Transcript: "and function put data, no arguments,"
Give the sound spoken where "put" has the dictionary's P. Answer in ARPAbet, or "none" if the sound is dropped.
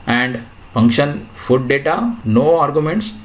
F